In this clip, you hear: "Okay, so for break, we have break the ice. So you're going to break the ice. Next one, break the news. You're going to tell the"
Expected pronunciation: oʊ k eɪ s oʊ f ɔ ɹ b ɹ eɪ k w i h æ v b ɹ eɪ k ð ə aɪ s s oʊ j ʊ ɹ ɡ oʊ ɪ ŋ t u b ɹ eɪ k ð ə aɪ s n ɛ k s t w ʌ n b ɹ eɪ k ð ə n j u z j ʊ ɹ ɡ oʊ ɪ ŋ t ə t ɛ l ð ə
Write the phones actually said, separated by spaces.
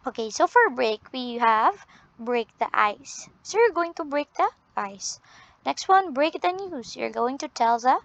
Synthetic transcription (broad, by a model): oʊ k eɪ s oʊ f ɔ ɹ b ɹ eɪ k w i h æ v b ɹ eɪ k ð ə aɪ s s oʊ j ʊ ɹ ɡ oʊ ɪ ŋ t u b ɹ eɪ k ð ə aɪ s n ɛ k s t w ʌ n b ɹ eɪ k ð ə n j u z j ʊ ɹ ɡ oʊ ɪ ŋ t ə t ɛ l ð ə